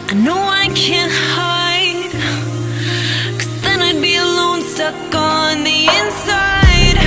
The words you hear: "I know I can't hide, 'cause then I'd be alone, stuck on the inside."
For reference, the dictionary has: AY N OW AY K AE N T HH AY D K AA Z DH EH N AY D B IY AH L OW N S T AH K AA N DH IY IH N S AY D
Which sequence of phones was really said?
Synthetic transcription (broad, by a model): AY N OW AY K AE N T HH AY D K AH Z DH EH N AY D B IY AH L OW N S T AH K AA N DH IY IH N S AY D